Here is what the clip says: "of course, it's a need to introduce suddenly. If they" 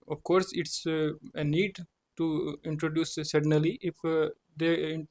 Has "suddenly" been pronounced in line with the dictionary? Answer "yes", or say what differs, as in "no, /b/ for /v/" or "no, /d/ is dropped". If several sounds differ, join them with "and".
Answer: no, /n/ is dropped